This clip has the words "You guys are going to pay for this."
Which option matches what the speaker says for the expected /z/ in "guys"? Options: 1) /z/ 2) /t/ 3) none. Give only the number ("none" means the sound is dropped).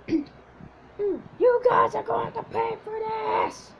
1